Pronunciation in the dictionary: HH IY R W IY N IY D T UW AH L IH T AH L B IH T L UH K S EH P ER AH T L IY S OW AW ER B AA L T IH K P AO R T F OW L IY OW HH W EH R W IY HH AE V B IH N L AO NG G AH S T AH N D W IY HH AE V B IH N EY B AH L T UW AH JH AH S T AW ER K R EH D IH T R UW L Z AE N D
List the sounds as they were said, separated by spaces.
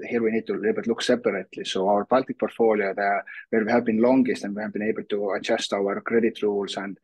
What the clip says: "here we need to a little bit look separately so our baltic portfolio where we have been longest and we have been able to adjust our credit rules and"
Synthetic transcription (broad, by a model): HH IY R W IY N IY D T UW AH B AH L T L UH K S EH P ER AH T L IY S OW AW ER B AA L T IH K P AO R T F OW L IY OW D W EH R W IY HH AE V B IH N L AO NG G AH S T AH N D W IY HH AE V B IH N EY B AH L T UW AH CH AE S T AW ER K R EH D IH T R UW L S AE N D